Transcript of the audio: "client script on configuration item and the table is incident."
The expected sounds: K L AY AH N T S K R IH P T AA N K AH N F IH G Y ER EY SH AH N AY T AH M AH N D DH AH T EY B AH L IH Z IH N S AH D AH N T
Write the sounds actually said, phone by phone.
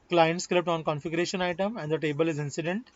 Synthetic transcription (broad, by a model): K L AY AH N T S K L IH P T AA N K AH N F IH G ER EY SH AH N AY T AH M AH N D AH T EY B AH L IH Z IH N S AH D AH N T